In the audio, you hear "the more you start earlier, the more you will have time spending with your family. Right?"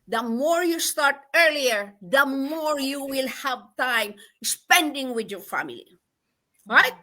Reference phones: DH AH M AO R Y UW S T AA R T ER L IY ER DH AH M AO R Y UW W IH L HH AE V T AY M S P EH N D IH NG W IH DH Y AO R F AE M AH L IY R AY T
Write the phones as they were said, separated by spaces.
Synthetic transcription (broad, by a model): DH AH M AO R Y UW S T AA R T ER L IY ER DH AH M AO R Y UW W IH L HH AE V T AY M S P EH N D IH NG W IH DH Y AO R F AE M AH L IY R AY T